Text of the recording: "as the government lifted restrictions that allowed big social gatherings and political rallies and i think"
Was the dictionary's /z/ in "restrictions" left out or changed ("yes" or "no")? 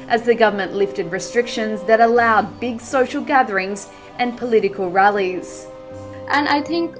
no